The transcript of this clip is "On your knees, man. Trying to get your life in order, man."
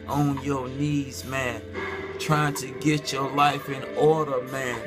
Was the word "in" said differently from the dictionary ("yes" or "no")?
no